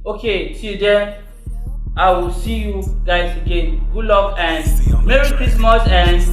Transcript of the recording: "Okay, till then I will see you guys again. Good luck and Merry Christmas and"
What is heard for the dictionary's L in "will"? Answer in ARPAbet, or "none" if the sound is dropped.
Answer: L